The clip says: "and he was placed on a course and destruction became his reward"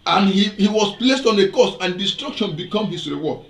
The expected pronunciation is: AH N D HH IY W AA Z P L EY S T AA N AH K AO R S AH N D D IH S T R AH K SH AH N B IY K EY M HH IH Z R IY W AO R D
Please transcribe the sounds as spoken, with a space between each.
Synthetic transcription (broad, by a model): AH N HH HH IY W AA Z P L EY S T AA N AH K AO S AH N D D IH S T R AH K SH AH N B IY K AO M HH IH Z R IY W AO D